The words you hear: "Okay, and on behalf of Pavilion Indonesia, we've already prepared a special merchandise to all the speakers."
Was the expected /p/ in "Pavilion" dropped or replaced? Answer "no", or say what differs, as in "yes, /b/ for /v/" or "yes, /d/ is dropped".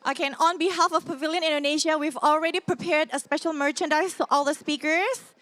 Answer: no